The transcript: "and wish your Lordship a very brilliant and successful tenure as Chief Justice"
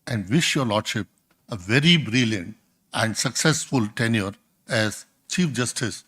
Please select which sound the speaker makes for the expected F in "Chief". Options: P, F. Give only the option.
F